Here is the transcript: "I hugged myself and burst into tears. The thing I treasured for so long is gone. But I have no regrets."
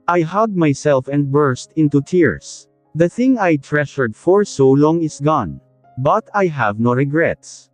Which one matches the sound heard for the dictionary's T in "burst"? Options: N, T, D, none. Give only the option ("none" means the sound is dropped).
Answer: T